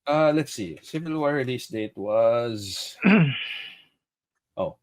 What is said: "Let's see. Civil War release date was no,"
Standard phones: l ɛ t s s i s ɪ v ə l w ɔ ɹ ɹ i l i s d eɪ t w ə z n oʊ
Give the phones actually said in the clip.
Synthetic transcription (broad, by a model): l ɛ t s s i s ɪ v ə l w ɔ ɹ ɹ i l i s d eɪ t w ə z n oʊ